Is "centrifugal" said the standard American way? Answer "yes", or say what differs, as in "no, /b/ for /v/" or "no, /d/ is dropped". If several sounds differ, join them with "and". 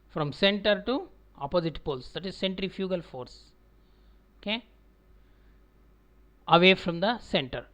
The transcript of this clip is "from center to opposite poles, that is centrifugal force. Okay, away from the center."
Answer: yes